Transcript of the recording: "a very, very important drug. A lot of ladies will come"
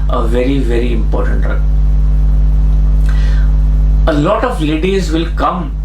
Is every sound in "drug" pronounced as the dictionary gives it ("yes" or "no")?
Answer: no